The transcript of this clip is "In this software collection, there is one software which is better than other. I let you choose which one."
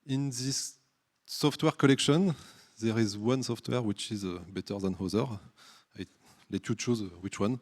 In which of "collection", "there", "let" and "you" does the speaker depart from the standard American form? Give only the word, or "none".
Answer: none